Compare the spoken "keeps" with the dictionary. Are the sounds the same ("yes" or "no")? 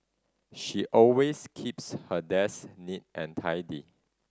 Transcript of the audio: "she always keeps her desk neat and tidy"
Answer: yes